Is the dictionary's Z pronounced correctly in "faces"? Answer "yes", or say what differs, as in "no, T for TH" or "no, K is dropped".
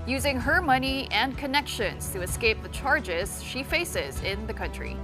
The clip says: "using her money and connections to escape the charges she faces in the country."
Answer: yes